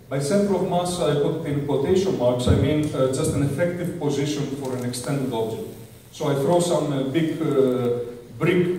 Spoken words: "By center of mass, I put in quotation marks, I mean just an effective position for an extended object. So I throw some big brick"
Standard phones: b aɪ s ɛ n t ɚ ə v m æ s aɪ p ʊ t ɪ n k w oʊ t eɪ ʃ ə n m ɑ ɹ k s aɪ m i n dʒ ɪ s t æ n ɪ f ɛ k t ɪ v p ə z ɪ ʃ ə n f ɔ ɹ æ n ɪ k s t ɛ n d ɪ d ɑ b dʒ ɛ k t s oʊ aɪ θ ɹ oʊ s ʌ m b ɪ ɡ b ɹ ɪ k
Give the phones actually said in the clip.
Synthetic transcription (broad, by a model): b aɪ s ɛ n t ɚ ə v m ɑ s aɪ p ʊ t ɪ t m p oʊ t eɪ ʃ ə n m ɑ ɹ k s aɪ m i n dʒ ɪ s t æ n ɪ f ɛ k t ɪ v p ə z ɪ ʃ ə n f ɔ ɹ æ n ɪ k s t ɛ n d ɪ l ɑ b dʒ ɛ k t s oʊ aɪ θ ɹ oʊ s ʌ m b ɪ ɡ b ɹ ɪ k